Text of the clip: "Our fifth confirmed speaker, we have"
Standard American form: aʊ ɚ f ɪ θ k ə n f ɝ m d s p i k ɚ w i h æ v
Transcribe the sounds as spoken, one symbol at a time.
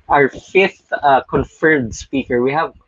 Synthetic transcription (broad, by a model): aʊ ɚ f ɪ θ k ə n f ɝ d s p i k ɚ w i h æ v